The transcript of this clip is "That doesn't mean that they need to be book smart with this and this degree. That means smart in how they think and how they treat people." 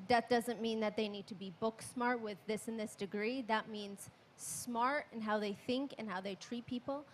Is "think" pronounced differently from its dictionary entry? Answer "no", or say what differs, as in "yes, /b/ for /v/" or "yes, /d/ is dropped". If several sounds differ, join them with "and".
no